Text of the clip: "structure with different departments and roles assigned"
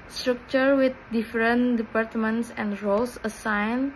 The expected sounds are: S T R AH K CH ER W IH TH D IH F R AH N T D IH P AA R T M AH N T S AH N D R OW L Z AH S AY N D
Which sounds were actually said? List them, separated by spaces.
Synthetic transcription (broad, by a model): S T R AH K CH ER W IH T D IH F R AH N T D IH P AA R T M AH N T S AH N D R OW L S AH S AY N